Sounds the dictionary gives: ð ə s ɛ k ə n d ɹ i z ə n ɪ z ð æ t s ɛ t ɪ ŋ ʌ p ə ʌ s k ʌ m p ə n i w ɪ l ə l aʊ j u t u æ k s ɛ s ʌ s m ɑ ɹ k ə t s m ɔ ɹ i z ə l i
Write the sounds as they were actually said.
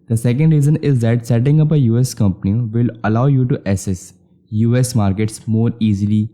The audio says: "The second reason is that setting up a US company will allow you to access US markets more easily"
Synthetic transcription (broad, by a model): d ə s ɛ k ə n d ɹ i z ə n ɪ z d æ t s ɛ t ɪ ŋ ʌ p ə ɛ s k ʌ m p ə n i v ɪ l ə l aʊ j u t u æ s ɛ s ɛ s m ɑ ɹ k ə t s m ɔ ɹ i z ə l i